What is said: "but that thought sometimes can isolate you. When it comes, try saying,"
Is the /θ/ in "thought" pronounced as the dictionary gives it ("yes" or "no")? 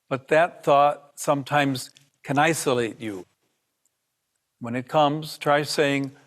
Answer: yes